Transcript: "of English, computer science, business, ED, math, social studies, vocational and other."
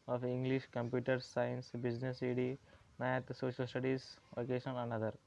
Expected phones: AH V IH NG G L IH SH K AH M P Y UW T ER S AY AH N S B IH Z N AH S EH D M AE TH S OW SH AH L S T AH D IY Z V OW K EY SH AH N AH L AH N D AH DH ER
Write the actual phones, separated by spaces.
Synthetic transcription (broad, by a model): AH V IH NG G L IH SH K AH M P Y UW T ER S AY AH N S B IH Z N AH S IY D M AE T S OW SH AH L S T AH D IY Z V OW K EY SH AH N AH N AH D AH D